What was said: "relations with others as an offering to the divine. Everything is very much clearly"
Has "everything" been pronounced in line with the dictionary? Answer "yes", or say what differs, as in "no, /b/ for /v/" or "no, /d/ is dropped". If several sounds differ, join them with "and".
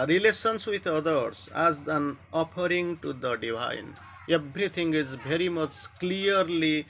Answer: no, /t/ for /θ/